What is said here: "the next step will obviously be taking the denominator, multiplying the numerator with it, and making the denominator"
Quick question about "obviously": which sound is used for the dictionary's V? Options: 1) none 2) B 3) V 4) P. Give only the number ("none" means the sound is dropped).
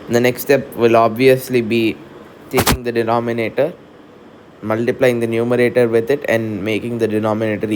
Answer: 3